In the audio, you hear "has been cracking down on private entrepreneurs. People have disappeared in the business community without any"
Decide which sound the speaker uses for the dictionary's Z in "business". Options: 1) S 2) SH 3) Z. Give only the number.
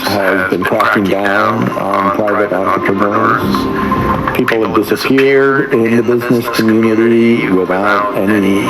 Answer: 3